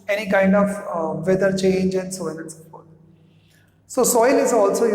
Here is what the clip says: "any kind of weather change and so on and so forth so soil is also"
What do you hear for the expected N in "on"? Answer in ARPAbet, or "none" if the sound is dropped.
L